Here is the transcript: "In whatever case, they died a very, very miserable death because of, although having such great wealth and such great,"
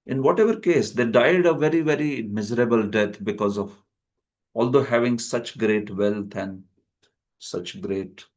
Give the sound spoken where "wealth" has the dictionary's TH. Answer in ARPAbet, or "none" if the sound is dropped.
T